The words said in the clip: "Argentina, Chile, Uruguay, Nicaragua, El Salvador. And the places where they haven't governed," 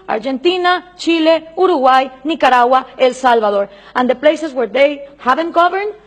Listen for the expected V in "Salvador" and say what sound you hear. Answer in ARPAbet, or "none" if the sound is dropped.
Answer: B